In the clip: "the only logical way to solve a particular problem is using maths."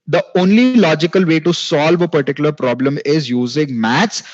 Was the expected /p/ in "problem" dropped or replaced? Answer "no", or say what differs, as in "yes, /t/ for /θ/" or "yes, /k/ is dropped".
no